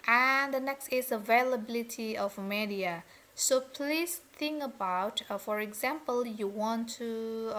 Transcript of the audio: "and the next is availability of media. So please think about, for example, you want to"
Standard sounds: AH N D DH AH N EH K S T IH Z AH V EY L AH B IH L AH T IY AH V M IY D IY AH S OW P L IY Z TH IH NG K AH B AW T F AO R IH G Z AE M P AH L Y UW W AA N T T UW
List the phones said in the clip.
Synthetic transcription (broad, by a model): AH N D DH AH N EH K S T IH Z AH V EY L AH B IH L AH T IY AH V M IY D IY AH S OW P L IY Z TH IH NG K AH B AW T F AO R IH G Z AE M P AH L Y UW W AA N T T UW